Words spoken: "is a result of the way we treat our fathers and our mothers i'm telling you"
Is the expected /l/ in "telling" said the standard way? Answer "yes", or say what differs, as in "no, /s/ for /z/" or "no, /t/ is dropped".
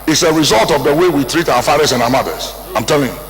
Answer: yes